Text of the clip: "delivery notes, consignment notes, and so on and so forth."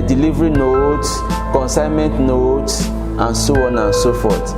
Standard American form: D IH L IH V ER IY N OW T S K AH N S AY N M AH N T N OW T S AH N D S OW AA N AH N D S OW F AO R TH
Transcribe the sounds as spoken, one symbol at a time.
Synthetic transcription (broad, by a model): D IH L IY V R IY N OW T S K AH N S AY N M AH N T N OW T S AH N S OW AA N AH N S OW F AO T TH